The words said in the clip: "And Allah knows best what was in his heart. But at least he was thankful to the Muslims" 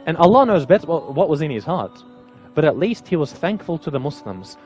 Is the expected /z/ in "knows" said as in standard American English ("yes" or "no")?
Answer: yes